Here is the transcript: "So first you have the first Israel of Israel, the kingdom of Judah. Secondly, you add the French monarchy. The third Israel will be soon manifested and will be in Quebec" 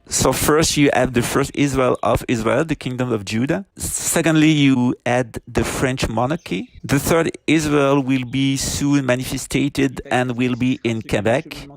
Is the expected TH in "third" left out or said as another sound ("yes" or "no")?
no